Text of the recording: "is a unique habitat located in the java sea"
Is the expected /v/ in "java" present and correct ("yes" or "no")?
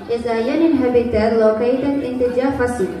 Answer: no